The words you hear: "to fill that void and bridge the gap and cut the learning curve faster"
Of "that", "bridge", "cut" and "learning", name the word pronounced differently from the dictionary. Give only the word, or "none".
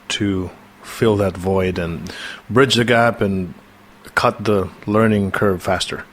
none